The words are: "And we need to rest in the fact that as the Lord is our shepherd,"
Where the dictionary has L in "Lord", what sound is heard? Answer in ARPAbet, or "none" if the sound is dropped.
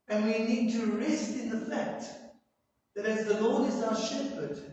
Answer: L